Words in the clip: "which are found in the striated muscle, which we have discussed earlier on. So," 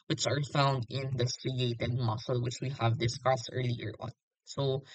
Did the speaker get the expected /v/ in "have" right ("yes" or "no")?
yes